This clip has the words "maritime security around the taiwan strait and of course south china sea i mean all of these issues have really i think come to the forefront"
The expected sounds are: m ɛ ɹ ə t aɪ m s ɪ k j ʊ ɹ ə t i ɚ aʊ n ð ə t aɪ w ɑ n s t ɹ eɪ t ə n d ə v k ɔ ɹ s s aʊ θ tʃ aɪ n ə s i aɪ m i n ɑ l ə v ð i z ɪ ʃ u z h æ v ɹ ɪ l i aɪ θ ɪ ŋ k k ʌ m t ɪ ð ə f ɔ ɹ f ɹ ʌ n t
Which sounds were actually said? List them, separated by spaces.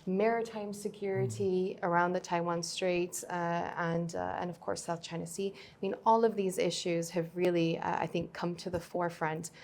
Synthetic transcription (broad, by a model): m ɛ ɹ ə t aɪ m s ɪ k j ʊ ɹ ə t i ɚ aʊ n ð ə t aɪ w ɑ n s t ɹ eɪ t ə n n ə v k ɔ ɹ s s aʊ θ tʃ aɪ n ə s i aɪ m i n ɑ l ə v ð i z ɪ ʃ u z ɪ v ɹ ɪ l i aɪ θ ɪ ŋ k k ʌ m t ɪ ð ə f ɔ ɹ f ɹ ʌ n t